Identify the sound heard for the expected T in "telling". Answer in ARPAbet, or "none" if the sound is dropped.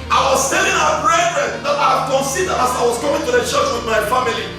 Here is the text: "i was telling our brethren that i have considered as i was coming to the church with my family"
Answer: S